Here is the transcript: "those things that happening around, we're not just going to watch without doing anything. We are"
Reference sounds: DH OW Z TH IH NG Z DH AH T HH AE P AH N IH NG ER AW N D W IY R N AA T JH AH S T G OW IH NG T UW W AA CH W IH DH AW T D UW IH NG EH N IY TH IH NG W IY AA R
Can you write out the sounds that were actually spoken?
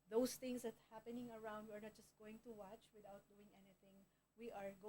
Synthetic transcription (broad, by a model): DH OW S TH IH NG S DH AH T HH AE P AH N IH NG ER AW N D W IY R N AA T JH AH S T G OW IH NG T UW W AA CH W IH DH AW T D UW IH NG EH N IY TH IH NG W IY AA R